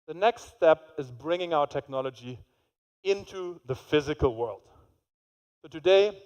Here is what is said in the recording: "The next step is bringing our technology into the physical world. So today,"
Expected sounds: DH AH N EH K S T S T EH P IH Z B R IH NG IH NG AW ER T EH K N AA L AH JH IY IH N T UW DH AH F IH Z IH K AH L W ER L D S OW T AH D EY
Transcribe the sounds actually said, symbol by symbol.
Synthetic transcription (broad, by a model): DH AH N EH K S T S T EH P IH Z B R IH NG IH NG AW ER T EH K N AA L AH JH IY IH N T UW DH AH F IH Z IH K AH L W ER L D S OW T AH D EY